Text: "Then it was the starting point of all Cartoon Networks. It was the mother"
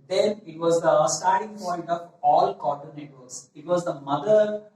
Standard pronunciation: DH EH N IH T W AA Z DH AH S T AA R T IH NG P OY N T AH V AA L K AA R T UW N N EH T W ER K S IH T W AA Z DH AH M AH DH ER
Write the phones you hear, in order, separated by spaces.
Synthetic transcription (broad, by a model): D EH N IH T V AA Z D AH S T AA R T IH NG P OY N T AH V AA L K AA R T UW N N EH T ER S IH T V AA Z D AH M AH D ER